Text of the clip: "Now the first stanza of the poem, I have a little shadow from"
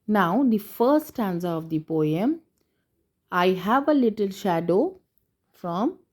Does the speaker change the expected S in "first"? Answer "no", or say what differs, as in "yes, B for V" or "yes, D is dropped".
yes, S is dropped